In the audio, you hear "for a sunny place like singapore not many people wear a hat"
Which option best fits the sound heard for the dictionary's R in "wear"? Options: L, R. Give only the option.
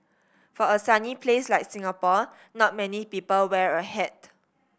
R